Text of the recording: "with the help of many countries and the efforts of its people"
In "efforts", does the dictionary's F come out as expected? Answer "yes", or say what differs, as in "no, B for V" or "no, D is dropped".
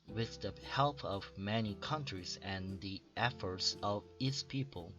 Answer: yes